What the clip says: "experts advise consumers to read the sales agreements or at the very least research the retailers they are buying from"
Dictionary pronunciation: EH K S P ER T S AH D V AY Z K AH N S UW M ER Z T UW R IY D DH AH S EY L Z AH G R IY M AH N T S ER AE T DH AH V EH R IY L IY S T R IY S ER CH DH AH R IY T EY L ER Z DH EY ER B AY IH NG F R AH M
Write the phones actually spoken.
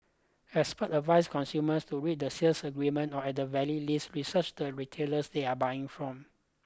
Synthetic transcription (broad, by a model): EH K S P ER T AH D V AY S K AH N S UW M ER S T UW R IY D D AH S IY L S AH G R IY M AH N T AO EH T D AH V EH L IY L IY S T R IY S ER CH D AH R IY T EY L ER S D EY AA B AY IH NG F R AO M